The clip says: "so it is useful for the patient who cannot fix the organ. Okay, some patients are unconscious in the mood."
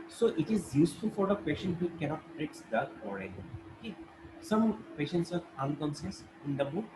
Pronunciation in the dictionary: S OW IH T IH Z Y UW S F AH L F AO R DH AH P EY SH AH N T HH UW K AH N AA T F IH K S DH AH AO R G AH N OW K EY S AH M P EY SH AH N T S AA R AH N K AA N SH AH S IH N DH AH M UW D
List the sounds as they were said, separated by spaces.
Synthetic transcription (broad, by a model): S OW IH T IH Z Y UW S F AH L F AO R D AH P EY SH AH N T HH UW K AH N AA T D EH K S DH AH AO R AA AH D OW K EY S AH M P EY SH AH N T S AA R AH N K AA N S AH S IH N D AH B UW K